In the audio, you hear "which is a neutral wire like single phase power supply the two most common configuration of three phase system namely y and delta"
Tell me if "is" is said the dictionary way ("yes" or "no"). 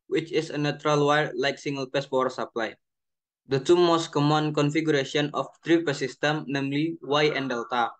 no